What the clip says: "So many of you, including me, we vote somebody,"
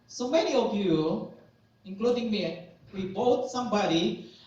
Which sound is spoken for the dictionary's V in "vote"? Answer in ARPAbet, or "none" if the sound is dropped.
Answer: B